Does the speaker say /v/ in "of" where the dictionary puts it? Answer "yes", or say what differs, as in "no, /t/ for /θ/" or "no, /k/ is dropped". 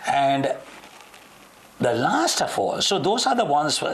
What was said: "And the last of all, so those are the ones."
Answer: no, /f/ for /v/